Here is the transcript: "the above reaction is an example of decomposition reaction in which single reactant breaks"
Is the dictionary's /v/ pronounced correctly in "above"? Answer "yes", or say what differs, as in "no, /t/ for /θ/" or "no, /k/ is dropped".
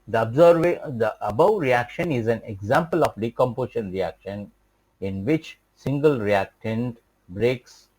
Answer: no, /b/ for /v/